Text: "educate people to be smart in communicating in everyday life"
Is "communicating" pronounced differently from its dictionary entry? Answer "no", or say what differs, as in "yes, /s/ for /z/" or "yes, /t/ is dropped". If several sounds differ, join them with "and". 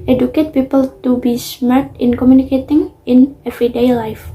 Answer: no